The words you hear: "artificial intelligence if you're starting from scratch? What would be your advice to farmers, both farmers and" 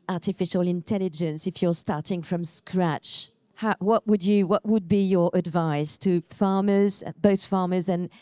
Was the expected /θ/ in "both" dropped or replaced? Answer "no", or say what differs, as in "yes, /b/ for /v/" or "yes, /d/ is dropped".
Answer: no